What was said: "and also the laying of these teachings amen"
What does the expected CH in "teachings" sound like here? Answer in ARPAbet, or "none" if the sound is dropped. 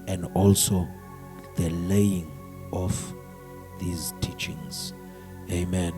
CH